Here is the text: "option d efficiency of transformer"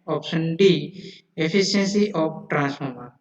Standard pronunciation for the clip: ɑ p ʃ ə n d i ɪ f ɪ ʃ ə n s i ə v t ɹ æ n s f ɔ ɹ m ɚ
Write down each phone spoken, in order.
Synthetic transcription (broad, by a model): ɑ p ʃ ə n d i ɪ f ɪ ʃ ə n s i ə p t ɹ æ n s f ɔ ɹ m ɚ